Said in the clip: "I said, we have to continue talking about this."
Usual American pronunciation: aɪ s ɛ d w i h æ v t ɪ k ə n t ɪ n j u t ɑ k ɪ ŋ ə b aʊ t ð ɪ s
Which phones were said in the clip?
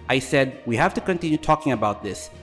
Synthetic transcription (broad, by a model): aɪ s ɛ d w i h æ f t ɪ k ə n t ɪ n j u t ɑ k ɪ ŋ ə b aʊ t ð ɪ s